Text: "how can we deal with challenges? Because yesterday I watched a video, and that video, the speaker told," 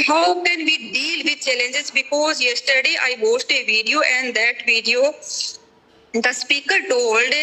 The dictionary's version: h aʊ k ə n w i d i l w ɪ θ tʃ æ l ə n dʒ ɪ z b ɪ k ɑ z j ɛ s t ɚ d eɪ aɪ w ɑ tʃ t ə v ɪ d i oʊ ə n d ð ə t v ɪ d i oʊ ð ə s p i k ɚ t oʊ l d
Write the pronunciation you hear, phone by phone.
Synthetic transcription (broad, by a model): h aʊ k ə n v i d i l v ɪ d tʃ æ l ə n dʒ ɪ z b ɪ k ɑ z j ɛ s t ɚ d eɪ aɪ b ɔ s t ə v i d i oʊ ə n d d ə t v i d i oʊ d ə s p i k ɚ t oʊ l d